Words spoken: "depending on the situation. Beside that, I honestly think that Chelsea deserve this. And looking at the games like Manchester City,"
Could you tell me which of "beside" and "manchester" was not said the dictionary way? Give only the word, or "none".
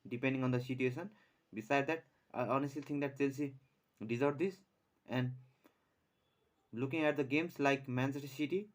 manchester